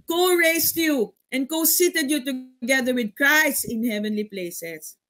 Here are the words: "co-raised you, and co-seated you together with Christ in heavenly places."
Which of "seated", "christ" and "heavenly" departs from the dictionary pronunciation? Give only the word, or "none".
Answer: none